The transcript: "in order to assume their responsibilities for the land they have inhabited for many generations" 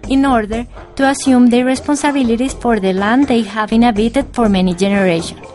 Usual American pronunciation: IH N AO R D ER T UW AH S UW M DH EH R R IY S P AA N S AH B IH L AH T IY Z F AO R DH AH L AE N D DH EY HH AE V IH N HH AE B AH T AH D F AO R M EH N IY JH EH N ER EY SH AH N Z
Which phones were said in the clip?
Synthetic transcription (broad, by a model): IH N AO R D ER T UW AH S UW M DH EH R R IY S P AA N S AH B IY L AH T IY S F AO R DH AH L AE N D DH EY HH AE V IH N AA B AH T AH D F AO R M EH N IY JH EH N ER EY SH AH N